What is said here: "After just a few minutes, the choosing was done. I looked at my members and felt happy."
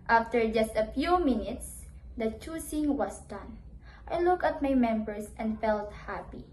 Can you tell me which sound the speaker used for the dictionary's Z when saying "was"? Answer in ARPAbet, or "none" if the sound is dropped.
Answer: S